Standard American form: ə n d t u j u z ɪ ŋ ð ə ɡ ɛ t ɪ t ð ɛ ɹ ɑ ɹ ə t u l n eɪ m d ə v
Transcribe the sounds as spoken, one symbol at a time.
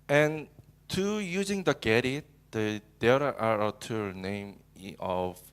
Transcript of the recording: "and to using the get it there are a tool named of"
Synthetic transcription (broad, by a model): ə n t u j u z ɪ ŋ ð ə ɡ ɛ t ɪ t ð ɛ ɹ ɑ ɹ ə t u n eɪ m ə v